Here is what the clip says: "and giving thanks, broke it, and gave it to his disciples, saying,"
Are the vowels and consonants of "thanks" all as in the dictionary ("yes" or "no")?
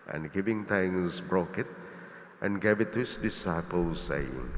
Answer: no